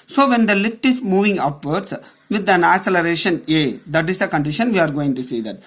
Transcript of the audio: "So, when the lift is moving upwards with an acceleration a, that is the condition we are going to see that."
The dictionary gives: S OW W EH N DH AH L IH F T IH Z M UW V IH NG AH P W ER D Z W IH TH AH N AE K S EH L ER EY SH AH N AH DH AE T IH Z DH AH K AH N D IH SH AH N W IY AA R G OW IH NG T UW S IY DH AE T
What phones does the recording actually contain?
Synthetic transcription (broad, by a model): S OW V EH N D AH L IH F T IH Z M UW V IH NG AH P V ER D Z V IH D AH N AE S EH L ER EY SH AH N AH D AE T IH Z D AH K AH N D IH SH AH N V IY AA R G OW IH NG T UW S IY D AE T